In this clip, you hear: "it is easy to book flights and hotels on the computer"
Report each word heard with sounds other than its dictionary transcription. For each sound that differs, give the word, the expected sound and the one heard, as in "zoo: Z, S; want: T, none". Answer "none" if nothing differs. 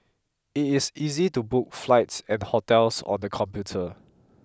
is: Z, S; hotels: Z, S